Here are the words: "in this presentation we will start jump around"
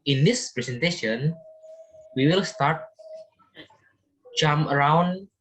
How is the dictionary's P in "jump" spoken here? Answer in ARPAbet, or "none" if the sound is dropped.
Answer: none